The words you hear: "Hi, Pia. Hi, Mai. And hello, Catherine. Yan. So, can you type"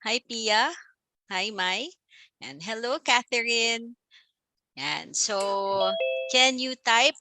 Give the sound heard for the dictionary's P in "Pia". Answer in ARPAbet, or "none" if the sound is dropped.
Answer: P